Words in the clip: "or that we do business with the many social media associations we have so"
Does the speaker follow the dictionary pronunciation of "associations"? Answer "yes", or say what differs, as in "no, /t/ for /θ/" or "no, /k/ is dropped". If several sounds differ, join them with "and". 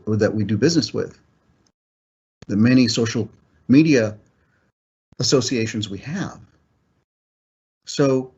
yes